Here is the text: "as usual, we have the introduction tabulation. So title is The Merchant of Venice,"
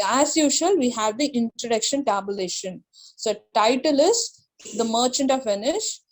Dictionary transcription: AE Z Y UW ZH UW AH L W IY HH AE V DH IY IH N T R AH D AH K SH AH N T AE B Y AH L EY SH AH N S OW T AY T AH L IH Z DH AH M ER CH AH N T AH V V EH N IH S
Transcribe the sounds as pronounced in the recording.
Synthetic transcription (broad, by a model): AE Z Y UW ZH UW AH L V IY HH AE V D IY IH N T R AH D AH K SH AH N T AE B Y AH L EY SH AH N S OW T AY T AH L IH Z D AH M ER CH AH N T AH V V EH N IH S